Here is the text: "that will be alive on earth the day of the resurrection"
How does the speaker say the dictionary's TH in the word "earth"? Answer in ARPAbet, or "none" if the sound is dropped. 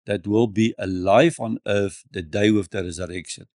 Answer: F